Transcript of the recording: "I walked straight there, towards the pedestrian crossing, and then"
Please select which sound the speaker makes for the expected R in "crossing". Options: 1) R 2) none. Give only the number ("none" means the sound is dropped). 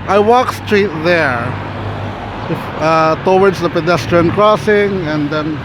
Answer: 1